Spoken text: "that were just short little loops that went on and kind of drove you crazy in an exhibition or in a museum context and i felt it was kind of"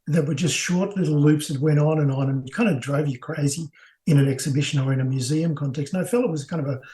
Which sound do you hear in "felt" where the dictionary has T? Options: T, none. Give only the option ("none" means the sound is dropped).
none